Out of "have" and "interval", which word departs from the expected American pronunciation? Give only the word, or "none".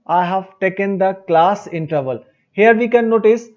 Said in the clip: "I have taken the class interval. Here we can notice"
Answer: none